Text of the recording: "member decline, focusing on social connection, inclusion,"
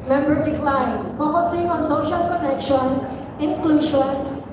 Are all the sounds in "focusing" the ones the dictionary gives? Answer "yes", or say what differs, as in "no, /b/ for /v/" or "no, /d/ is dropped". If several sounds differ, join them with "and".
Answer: no, /p/ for /f/